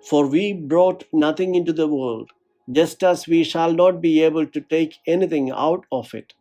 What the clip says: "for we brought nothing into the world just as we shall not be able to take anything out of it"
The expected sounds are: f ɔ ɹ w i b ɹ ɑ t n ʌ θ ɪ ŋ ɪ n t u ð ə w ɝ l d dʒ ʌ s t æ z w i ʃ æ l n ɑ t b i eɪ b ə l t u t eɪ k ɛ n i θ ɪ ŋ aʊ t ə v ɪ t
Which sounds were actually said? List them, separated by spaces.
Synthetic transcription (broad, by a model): f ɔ ɹ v i b ɹ ɑ t n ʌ t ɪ ŋ ɪ n t u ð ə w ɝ l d dʒ ʌ s t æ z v i ʃ æ l n ɑ t b i eɪ b ə l t u t eɪ k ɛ n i t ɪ ŋ aʊ t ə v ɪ t